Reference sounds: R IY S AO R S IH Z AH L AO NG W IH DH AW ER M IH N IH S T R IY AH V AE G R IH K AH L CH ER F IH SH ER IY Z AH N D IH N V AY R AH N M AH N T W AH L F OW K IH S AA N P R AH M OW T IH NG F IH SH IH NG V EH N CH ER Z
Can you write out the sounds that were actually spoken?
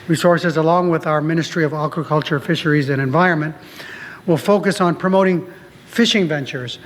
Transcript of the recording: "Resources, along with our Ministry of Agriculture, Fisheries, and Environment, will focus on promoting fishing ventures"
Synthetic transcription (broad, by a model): R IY S AO R S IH Z AH L AO NG W IH DH AW ER M IH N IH S T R IY AH V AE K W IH K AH L CH ER F IH SH ER IY Z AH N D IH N V AY R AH N M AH N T W AH L F OW K IH S N P R AH M OW T IH NG F IH SH IH NG V EH N CH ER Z